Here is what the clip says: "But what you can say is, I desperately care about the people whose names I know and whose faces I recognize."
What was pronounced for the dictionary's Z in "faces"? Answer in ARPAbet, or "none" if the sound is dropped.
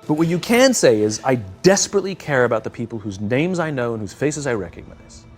Z